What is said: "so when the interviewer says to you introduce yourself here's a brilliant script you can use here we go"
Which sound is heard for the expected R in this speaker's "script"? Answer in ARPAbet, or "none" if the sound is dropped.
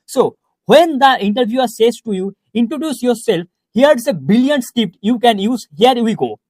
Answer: none